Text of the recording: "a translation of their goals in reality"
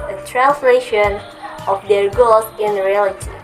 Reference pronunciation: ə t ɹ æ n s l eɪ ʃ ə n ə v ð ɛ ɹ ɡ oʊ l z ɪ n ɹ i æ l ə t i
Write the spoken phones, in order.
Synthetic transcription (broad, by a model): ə t ɹ æ n s l eɪ ʃ ə n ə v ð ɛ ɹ ɡ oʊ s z ɪ n ɹ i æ l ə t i